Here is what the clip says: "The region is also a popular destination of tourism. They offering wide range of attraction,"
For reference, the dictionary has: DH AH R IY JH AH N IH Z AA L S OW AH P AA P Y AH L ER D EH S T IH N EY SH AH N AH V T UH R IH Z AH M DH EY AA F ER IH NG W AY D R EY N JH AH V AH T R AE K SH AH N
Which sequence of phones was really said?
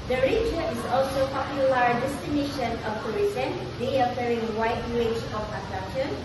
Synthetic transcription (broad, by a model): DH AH R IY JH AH IH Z AA L S OW P AA P Y AH L ER D EH S T IH N EY SH AH N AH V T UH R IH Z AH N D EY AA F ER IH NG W AY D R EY JH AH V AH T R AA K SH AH N